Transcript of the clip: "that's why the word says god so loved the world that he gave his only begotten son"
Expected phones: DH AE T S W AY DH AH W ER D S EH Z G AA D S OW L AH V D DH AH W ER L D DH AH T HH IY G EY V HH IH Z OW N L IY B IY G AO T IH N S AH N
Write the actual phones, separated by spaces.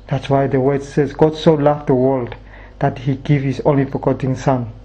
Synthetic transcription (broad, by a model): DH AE T S W AY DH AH W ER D S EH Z G AA D S OW L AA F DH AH W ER L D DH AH T HH IY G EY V HH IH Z OW N L IY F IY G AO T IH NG S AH N